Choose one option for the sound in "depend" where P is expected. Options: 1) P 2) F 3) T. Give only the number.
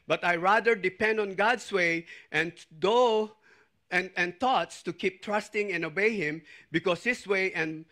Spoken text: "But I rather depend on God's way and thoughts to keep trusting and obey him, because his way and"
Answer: 1